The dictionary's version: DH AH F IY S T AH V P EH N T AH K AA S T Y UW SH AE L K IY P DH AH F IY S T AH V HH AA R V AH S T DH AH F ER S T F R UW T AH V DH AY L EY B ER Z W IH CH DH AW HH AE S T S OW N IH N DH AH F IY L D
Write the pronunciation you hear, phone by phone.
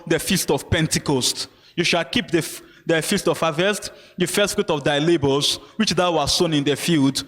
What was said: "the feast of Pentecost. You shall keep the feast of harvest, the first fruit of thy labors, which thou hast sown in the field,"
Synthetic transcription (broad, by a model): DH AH F IY S T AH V P EH N T AH K AA S T Y UW SH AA L K IY P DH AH F IY S T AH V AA V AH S T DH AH F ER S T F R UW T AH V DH AY L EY B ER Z W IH CH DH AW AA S S OW N IH N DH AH F IY L D